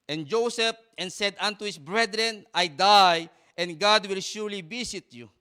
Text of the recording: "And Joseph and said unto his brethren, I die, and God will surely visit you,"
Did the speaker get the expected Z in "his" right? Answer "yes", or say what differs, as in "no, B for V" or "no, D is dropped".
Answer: no, S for Z